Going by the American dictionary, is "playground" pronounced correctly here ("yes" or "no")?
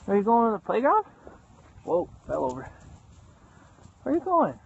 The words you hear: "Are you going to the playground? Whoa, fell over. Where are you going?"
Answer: no